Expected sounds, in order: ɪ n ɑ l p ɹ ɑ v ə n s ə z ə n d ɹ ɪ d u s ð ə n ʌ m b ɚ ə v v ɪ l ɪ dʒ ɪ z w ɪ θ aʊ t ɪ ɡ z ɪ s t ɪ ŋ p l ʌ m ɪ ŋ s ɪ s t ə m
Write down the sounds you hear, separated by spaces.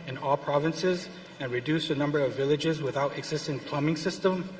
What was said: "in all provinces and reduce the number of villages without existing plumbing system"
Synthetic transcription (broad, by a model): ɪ n ɑ l p ɹ ɑ v ə n s ə z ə n ɹ ɪ d u s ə n ʌ m b ɚ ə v v ɪ l ɪ dʒ ɪ z w ɪ θ aʊ t ɪ ɡ z ɪ s t ɪ ŋ p l ʌ m ɪ ŋ s ɪ s t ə m